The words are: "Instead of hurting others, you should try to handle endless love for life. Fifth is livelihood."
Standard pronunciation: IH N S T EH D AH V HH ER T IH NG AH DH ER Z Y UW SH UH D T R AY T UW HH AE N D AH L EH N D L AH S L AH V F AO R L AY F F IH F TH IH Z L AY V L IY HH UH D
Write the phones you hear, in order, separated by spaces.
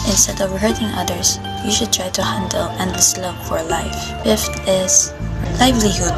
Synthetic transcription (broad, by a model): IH N S T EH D AH V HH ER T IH NG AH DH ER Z Y UW SH UH D T R AY T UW HH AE N D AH L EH N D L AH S L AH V F AO R L AY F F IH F T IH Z L AY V L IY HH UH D